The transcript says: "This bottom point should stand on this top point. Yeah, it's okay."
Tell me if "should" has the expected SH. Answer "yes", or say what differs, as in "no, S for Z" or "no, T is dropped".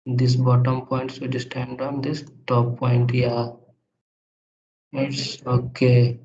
no, S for SH